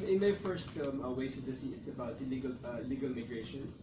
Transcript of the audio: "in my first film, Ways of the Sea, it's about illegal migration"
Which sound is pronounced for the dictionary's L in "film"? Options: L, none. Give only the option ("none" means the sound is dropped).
none